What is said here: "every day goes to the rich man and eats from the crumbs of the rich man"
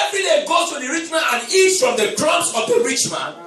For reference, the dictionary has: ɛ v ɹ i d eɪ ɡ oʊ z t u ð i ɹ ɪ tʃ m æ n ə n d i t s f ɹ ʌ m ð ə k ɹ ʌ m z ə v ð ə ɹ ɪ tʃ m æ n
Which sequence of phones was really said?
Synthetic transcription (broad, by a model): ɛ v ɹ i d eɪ ɡ oʊ t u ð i ɹ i tʃ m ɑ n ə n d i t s f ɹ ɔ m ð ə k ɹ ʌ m s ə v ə ɹ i tʃ m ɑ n